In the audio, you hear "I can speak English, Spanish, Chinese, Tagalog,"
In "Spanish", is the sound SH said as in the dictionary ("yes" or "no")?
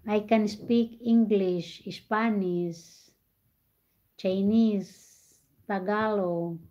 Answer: no